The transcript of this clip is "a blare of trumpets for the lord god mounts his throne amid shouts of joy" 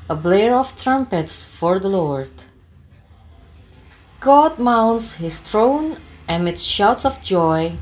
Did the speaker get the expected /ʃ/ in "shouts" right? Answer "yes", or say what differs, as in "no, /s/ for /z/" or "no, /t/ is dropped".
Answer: yes